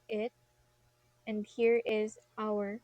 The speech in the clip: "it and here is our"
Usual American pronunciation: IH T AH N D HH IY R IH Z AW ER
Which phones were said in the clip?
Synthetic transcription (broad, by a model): IH T AH N D HH IY R IH Z AW ER